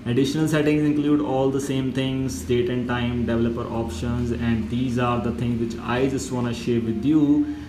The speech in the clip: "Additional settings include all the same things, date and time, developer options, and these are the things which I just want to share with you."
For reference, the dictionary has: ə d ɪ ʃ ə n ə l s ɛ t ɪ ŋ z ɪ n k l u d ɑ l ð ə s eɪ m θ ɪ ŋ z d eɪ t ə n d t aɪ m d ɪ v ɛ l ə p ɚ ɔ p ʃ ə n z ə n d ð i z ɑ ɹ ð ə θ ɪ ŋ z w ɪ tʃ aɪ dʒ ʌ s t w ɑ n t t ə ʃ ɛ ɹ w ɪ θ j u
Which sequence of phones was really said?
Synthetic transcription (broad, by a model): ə d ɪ ʃ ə n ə l s ɛ t ɪ ŋ z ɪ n k l u d ɑ l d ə s eɪ m t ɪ ŋ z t eɪ t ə n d t aɪ m d ɪ v ɛ l ə p ɚ ɔ p ʃ ə n z ə n d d i z ɑ ɹ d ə t ɪ ŋ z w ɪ tʃ aɪ dʒ ʌ s t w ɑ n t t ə ʃ ɛ ɹ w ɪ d j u